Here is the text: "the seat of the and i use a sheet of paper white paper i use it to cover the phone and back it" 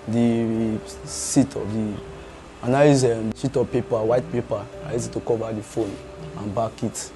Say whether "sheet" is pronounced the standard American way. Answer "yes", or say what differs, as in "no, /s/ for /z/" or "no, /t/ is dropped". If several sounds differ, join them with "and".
no, /s/ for /ʃ/